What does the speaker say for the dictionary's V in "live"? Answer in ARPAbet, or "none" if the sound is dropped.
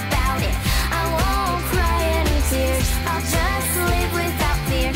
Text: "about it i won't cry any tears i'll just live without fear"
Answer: P